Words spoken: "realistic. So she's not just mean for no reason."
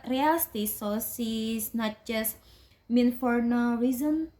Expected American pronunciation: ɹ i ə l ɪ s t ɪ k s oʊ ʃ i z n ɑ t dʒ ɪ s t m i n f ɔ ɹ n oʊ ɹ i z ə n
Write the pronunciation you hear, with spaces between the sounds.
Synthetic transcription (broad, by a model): ɹ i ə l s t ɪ s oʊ s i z n ɑ t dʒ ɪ s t m i n f ɔ ɹ n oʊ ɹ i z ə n